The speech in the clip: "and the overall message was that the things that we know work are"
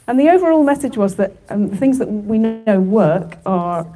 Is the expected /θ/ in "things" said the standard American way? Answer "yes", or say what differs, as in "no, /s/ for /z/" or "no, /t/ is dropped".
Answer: yes